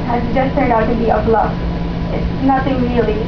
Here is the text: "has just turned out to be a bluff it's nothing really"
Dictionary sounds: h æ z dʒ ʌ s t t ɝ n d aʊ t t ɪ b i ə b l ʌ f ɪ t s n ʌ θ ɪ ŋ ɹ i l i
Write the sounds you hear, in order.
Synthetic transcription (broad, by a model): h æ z dʒ ʌ s t s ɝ d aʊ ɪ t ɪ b i ə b l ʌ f ɪ t s n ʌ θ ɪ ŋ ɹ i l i